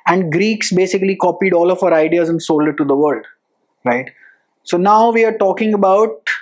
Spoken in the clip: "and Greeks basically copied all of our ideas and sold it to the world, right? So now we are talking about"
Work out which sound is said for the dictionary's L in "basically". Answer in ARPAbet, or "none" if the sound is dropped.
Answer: L